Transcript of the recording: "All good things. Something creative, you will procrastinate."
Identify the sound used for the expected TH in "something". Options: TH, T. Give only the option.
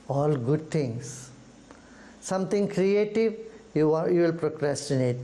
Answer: T